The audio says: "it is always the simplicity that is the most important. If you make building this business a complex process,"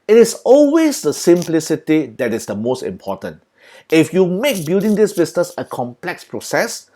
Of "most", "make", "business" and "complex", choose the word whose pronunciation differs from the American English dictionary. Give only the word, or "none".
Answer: business